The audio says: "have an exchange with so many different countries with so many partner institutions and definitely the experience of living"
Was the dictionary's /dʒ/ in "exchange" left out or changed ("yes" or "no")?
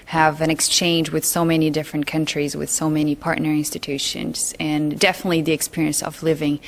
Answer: no